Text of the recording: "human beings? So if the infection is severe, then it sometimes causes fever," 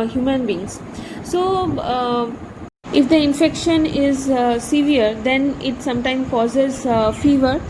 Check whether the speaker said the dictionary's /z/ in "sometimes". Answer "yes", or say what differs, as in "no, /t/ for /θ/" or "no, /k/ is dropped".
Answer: no, /z/ is dropped